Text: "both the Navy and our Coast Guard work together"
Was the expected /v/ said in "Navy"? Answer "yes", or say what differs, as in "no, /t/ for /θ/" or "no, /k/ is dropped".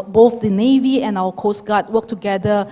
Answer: yes